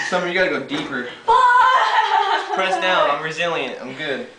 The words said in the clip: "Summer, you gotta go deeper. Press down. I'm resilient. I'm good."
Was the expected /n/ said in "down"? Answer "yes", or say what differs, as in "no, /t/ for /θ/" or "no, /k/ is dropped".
no, /n/ is dropped